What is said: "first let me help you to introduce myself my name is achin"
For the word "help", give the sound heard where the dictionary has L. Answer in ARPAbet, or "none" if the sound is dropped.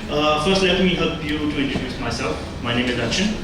none